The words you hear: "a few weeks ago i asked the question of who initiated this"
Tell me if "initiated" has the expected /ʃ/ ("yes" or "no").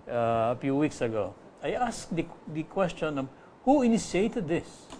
no